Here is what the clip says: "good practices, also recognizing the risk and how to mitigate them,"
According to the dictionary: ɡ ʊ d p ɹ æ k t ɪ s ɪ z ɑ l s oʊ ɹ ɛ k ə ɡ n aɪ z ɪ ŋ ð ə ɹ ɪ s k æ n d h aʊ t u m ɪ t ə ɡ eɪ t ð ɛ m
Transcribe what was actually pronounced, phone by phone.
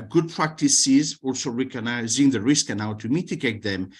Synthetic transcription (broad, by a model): ɡ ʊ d p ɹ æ k t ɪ s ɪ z ɑ l s oʊ ɹ ɛ k ə ɡ n aɪ z ɪ ŋ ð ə ɹ ɪ s k n aʊ t u m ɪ t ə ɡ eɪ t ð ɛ m